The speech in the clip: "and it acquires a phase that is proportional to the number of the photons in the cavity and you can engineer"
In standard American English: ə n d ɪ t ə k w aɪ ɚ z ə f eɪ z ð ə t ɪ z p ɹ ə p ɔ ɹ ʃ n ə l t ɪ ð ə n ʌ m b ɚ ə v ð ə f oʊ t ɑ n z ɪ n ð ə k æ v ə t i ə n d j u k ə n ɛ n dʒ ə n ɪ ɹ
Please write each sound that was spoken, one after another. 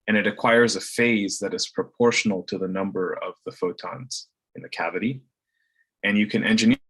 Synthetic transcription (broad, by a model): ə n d ɪ t ə k w aɪ ɚ z ə f eɪ z ð ə t ɪ z p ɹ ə p ɔ ɹ ʃ n l t ɪ ð ə n ʌ m b ɚ ə v ð ə f oʊ t ɑ n z ɪ n ð ə k æ v ə t i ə n j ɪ k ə n ɛ n dʒ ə n